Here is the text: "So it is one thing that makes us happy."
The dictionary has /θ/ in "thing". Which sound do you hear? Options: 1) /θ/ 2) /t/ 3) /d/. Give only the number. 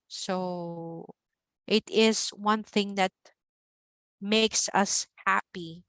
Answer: 1